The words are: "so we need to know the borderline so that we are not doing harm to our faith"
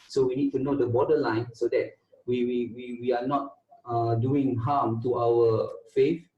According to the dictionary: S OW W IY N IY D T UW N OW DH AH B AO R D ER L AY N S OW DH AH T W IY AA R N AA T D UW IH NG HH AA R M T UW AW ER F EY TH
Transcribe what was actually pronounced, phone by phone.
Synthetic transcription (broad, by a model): S OW W IY N IY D T UW N OW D AH B AO D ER L AY N S OW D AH T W IY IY W N AA T D UW IH NG HH AA M T UW AW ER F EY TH